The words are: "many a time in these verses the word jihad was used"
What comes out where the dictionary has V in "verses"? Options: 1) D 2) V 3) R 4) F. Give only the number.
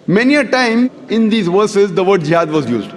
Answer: 2